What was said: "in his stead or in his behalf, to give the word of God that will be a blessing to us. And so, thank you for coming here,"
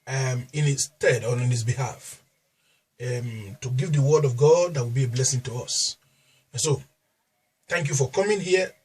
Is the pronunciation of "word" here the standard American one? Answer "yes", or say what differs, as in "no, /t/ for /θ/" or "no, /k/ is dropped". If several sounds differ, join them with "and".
yes